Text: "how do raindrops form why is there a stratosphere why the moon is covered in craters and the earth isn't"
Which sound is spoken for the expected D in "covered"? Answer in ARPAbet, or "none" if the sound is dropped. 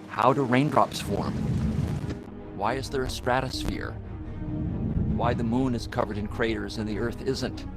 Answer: D